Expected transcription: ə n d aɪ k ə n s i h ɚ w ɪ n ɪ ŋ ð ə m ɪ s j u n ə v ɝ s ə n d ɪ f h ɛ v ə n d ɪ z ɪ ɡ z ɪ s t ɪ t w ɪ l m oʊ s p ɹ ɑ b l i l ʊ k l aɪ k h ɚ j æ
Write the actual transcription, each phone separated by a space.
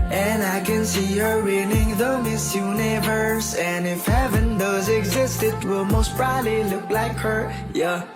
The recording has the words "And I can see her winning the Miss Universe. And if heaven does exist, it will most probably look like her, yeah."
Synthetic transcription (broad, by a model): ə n aɪ k ə n s i h ɚ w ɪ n ɪ ŋ ð ə m ɪ s j u n ə v ɝ s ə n ɪ f h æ v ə n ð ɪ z ɪ ɡ z ɪ s t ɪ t w ɪ l m oʊ s b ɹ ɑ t l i l ʊ k l aɪ k h ɚ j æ